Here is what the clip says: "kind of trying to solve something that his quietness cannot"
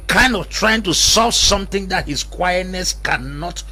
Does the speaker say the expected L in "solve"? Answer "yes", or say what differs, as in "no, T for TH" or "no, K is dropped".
no, L is dropped